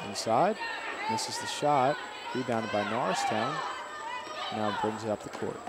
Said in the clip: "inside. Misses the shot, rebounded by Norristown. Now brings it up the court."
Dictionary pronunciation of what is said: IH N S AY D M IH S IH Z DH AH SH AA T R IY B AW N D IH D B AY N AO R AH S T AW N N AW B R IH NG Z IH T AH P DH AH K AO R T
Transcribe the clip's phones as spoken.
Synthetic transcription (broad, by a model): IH N S AY D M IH S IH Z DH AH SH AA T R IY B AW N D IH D B AY N AO R AH S T AW N N AW B R IH NG Z IH T AH P DH AH K AO R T